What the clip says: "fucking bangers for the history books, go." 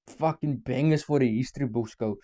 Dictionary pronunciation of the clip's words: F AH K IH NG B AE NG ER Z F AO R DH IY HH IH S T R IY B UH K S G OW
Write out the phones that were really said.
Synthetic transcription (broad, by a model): F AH K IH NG B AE NG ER S F AO R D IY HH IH S T R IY B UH S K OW